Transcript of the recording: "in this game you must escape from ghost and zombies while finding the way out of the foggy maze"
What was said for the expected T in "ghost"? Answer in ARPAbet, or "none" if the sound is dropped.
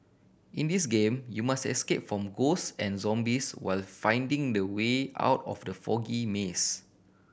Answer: none